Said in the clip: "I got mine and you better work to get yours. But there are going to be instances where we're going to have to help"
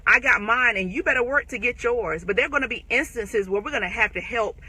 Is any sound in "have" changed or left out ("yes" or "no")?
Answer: yes